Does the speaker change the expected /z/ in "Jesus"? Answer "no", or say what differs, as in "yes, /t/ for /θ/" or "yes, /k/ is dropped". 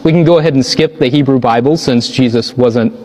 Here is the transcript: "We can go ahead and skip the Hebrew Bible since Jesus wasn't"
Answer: no